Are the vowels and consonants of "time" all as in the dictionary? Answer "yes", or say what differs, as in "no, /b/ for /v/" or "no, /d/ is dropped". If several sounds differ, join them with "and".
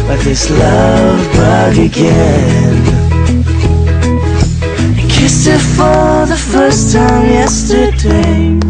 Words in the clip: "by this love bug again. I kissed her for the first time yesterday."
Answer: yes